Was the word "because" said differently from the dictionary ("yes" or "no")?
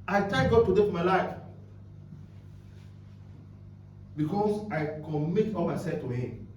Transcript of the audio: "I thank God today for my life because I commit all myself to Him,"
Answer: yes